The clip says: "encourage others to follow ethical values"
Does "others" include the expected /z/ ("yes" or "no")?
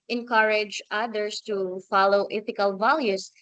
no